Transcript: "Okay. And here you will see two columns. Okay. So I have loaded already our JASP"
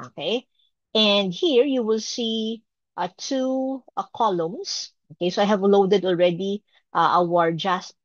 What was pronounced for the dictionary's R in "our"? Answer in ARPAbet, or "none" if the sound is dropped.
R